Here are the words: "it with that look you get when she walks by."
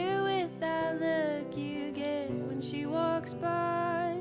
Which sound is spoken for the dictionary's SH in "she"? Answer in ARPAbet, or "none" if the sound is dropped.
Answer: SH